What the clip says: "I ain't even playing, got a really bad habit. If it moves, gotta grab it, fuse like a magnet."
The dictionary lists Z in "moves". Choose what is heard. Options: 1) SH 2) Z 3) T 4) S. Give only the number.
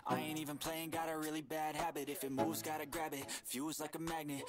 2